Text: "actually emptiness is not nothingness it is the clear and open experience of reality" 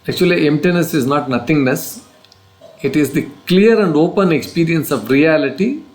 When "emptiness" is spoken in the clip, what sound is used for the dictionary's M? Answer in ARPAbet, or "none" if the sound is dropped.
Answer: M